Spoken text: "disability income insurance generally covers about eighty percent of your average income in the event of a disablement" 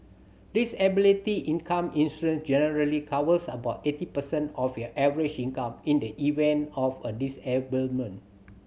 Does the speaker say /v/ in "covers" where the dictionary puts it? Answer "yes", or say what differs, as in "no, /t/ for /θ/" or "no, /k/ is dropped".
no, /w/ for /v/